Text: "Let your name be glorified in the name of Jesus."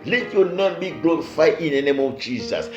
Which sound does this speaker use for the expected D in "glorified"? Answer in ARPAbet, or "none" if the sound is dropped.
none